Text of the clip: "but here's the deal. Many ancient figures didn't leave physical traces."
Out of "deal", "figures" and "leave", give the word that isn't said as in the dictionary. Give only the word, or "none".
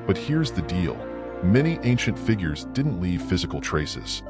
none